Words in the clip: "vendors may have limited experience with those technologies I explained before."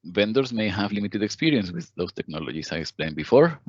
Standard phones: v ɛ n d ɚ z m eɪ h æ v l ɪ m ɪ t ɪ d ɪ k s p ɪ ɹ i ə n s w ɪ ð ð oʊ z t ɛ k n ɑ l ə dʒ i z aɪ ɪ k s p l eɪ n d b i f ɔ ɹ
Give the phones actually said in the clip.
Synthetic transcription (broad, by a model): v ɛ n d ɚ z m eɪ h æ v l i m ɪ t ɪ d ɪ k s p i ɹ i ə n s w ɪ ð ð oʊ s t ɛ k n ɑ l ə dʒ i s aɪ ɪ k s p l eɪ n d b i f ɔ ɹ